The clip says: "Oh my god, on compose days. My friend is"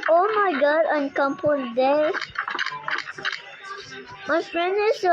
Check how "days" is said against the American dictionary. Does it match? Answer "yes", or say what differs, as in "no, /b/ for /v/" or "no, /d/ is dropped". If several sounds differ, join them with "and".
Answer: no, /z/ is dropped